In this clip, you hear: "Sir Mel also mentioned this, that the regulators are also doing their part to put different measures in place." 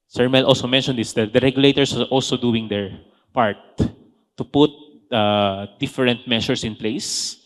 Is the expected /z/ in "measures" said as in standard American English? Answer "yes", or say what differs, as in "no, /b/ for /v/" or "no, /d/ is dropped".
no, /s/ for /z/